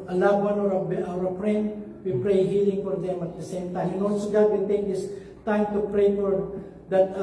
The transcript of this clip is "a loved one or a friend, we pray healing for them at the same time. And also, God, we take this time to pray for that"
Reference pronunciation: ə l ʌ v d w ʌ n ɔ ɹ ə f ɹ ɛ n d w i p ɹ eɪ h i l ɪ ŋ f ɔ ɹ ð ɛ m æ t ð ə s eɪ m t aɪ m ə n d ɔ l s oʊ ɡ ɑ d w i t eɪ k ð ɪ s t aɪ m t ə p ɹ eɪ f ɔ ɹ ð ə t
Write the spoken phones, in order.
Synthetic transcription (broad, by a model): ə l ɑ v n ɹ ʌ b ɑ w ə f ɹ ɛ n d w i p ɹ eɪ h i l ɪ ŋ f ɔ ɹ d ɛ m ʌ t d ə s eɪ m t aɪ m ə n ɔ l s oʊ ɡ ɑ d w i t eɪ k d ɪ s t aɪ m t ə p ɹ eɪ f ɔ ɹ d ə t